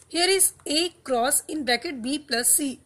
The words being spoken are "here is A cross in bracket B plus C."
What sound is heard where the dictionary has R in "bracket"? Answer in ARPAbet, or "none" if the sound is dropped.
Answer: none